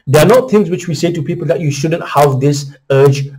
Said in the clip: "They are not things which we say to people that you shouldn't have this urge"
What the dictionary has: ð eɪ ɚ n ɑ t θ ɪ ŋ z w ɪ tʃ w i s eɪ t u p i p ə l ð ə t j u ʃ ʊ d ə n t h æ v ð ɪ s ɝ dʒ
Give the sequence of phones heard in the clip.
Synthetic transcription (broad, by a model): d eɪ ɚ n ɑ t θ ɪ ŋ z w ɪ tʃ w i s eɪ t u p i p ə l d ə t j u ʃ ʊ d ə n t h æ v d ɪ s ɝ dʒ